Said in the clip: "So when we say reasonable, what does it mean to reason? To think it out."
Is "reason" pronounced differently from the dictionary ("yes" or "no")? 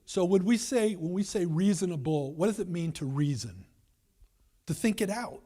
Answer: no